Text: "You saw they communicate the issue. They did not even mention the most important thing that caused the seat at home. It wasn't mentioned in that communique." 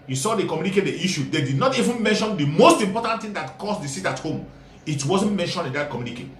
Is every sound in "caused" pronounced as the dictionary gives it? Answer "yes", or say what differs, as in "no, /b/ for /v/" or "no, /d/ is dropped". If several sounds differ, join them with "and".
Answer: no, /s/ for /z/